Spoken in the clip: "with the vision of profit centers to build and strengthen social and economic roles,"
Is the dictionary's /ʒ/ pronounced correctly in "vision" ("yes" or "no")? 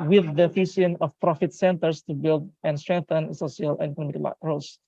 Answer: no